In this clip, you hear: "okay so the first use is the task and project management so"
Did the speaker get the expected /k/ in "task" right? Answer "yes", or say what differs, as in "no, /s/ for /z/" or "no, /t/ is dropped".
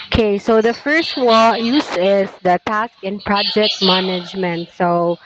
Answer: yes